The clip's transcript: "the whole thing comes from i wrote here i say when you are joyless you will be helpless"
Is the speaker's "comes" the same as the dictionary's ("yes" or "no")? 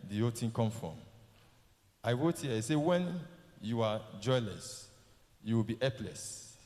no